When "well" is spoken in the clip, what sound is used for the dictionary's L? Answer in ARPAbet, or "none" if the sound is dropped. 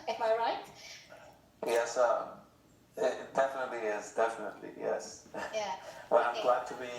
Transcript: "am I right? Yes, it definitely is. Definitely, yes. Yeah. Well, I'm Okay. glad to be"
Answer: N